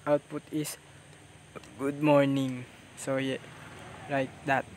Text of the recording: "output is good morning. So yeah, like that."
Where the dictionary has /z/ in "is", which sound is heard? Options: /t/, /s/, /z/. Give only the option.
/s/